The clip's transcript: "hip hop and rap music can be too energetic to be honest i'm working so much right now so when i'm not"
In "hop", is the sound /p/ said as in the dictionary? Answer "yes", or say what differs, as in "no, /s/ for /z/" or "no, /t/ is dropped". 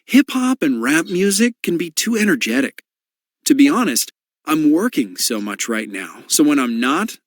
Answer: yes